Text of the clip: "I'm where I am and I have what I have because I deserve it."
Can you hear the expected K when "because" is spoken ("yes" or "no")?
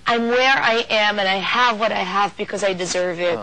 yes